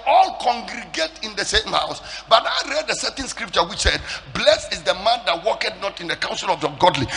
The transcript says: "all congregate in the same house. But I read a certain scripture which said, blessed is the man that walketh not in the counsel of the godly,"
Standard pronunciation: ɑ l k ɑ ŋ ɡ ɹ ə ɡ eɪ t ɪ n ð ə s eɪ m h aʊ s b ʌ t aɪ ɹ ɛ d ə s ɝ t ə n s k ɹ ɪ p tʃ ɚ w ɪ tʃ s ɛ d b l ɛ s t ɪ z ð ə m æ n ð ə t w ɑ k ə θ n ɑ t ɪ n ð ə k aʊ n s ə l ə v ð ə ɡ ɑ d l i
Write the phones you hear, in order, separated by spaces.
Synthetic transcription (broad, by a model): ɑ l k ɑ ŋ ɡ ɹ ə ɡ eɪ t ɪ n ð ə s eɪ m h aʊ s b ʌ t aɪ ɹ ɛ d ə s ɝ t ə n s k ɹ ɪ p tʃ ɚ w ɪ tʃ s ɛ d b l ɛ s ɪ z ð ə m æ n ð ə t w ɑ k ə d n ɑ t ɪ n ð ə k aʊ n s ə l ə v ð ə ɡ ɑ d l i